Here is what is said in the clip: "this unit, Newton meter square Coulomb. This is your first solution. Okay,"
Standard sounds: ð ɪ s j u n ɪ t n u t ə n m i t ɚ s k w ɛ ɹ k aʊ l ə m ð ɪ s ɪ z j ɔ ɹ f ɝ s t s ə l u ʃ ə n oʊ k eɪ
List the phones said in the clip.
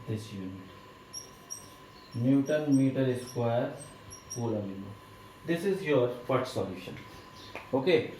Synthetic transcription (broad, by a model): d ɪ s j u n ɪ t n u t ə n m i t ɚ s k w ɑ ɹ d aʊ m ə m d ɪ s ɪ z j ɔ ɹ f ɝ t s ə l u ʃ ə n oʊ k eɪ